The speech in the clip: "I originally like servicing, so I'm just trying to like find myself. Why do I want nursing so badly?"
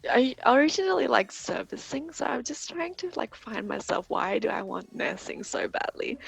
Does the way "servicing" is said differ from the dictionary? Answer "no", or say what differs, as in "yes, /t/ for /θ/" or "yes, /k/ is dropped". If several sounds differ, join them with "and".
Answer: no